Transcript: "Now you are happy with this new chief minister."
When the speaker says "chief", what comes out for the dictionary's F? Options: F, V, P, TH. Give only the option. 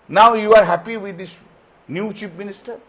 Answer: P